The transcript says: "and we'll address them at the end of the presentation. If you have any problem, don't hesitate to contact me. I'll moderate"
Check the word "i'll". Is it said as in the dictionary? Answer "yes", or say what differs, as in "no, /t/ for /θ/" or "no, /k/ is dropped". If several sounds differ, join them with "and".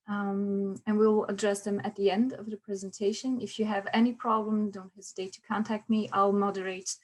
yes